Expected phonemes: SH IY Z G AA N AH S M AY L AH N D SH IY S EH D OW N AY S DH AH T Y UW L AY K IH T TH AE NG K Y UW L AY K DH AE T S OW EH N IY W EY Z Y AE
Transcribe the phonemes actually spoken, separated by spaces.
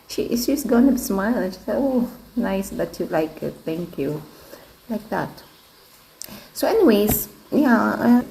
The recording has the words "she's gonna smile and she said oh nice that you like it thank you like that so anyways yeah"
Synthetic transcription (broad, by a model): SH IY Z G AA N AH S M AY L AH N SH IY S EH OW N AY S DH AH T Y UW L AY K IH T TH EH NG K Y UW L AY K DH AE T S OW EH N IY W EY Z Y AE